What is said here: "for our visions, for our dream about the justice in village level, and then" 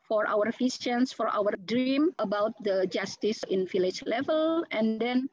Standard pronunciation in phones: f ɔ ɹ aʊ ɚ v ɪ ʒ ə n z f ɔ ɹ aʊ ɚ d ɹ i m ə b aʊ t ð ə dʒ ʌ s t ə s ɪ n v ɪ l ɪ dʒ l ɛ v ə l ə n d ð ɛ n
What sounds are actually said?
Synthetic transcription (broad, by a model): f ɔ ɹ aʊ ɚ f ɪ s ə n s f ɔ ɹ aʊ ɚ d ɹ i m ə b aʊ t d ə dʒ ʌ s t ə s ɪ n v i l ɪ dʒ l ɛ v ə l ə n d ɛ n